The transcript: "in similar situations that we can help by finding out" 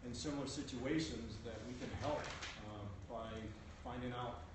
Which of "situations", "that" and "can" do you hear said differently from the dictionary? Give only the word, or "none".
none